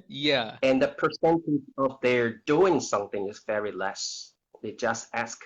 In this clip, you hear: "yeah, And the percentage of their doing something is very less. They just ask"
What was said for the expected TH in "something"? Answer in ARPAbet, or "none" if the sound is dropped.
TH